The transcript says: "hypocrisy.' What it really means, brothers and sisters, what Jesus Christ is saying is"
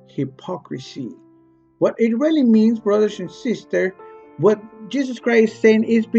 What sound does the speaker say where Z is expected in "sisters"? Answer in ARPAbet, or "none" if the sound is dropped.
none